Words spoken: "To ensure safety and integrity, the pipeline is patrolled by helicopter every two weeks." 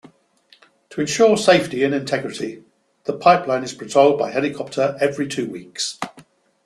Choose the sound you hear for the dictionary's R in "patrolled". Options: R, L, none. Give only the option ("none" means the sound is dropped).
none